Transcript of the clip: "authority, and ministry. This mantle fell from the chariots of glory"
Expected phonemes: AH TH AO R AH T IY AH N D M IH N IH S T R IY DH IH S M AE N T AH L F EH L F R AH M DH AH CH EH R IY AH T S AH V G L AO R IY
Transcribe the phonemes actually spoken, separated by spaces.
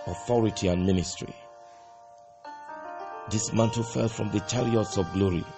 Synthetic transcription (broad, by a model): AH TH AO R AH T IY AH N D M IH N IH S T R IY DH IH S M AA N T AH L F EH L F R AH M DH AH CH EH R IY AH T S AH V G L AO R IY